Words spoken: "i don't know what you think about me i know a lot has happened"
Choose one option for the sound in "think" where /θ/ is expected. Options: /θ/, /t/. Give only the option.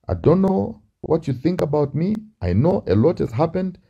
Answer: /θ/